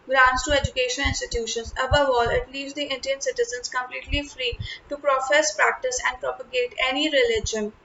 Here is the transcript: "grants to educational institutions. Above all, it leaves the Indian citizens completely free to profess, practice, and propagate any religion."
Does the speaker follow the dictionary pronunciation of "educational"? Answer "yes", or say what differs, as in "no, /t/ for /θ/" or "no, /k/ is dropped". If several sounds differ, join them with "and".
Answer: no, /n/ is dropped and /n/ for /l/